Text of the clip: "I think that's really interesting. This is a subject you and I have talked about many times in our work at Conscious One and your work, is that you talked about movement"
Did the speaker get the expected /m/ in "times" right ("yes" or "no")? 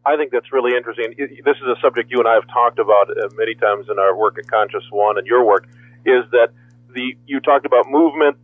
yes